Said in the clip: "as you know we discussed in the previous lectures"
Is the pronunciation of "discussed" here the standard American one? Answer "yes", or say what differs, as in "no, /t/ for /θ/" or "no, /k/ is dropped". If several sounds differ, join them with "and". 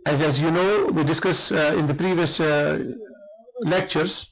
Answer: no, /t/ is dropped